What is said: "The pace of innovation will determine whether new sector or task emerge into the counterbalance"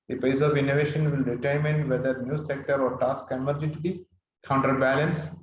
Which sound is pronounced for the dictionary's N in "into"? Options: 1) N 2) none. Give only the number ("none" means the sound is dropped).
2